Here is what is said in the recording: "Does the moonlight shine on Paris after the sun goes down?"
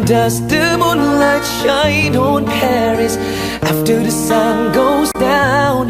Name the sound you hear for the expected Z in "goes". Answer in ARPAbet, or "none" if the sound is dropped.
Z